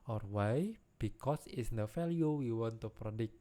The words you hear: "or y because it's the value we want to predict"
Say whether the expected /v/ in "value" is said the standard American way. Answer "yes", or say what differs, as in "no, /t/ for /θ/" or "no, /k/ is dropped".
no, /f/ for /v/